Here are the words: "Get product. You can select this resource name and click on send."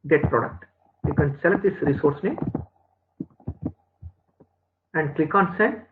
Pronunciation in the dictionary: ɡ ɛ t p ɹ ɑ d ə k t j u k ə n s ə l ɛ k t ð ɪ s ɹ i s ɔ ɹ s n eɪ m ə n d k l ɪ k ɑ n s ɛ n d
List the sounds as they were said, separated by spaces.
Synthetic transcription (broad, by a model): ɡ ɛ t p ɹ ɑ d ə k t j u k ə n s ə l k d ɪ s ɹ i s ɔ ɹ s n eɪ ə n d k l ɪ k ɑ n s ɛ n